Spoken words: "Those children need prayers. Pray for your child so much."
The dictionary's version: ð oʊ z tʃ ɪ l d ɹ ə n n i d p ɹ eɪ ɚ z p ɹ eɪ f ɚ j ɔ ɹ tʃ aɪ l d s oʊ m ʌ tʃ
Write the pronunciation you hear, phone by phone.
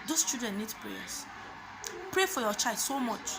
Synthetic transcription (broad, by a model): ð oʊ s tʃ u d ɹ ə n n i d p ɹ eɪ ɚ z p ɹ eɪ f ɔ j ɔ tʃ aɪ l d s oʊ m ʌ tʃ